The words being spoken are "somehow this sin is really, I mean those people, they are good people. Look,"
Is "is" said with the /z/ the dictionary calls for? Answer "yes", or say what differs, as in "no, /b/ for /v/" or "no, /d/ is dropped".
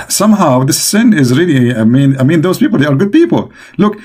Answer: yes